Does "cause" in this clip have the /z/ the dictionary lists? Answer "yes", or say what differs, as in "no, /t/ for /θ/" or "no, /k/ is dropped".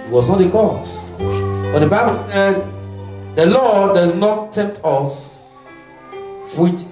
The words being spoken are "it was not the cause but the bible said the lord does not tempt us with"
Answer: no, /s/ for /z/